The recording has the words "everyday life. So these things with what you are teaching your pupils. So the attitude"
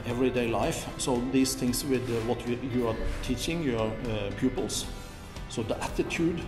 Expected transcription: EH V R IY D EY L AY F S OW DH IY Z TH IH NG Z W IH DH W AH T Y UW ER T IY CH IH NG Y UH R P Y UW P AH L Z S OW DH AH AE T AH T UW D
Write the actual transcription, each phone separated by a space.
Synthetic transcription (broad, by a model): EH V R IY D EY L AY F S OW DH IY S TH IH NG S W IH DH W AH T Y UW ER T IY CH IH NG Y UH R P Y UW P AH L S S OW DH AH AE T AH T UW D